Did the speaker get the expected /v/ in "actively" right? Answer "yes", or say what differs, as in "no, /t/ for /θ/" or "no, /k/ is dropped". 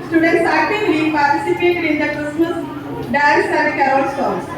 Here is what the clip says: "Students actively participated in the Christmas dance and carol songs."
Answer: no, /v/ is dropped